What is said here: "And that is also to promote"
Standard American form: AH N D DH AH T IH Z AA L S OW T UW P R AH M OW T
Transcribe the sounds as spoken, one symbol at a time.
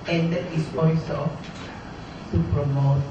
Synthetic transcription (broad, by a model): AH N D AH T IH S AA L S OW S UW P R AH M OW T